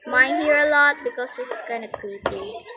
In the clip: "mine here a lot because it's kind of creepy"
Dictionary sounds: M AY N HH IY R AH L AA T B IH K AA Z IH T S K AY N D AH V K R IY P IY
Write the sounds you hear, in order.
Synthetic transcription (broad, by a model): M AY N HH IY R AH L AA T B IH K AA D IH S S K AY N D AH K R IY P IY